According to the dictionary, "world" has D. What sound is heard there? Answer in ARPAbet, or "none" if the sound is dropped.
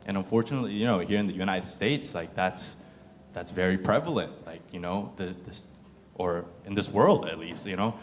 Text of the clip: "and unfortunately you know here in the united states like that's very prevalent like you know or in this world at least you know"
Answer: D